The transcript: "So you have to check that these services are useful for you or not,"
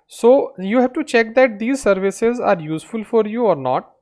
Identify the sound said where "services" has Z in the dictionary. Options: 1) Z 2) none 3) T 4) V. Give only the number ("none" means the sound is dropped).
1